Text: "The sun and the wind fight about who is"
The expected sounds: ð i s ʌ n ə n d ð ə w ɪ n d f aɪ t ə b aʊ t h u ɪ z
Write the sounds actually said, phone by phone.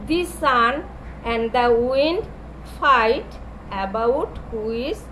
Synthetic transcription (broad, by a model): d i s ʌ n ə n d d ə w ɪ n d f aɪ t ə b aʊ t h u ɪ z